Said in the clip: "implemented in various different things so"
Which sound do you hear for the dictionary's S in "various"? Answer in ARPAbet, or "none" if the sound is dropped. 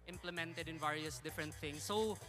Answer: S